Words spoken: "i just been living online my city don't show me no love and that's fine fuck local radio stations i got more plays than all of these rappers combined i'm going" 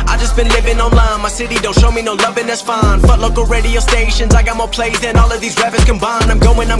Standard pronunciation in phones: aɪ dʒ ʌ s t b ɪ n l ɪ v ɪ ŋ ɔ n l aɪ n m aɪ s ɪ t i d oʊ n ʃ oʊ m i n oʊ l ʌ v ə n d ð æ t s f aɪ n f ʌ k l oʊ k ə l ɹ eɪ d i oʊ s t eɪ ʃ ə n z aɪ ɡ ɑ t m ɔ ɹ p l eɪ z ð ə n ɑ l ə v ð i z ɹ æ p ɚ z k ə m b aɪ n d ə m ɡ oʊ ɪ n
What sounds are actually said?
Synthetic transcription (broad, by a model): aɪ dʒ ʌ s b ɪ n l ɪ v ɪ ŋ ɔ n l aɪ n m aɪ s ɪ t i d oʊ n ʃ oʊ m i n oʊ l ʌ v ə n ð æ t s f aɪ n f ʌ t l oʊ k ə l ɹ eɪ d i oʊ s t eɪ ʃ ə n z aɪ ɡ ɑ t m ɔ ɹ p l eɪ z ð ə n ɑ l ə v ð i z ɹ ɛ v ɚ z k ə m b aɪ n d ə m ɡ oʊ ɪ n